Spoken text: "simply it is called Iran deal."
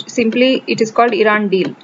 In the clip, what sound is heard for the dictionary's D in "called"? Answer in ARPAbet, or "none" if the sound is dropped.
D